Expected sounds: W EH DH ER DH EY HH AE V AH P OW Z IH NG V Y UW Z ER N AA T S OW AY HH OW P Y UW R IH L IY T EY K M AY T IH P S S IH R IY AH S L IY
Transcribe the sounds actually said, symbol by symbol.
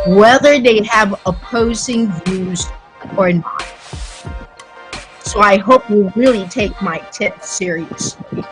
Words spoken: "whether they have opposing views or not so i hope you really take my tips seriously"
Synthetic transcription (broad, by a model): W EH DH ER DH EY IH V AH P OW Z IH NG V Y UW Z ER N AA T S OW AY HH OW P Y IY R IH L IY T EY K M AY T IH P TH S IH R IY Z